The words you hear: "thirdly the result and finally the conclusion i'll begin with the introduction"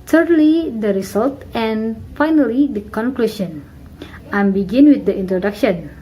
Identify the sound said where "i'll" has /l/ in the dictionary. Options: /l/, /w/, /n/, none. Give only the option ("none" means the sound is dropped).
/n/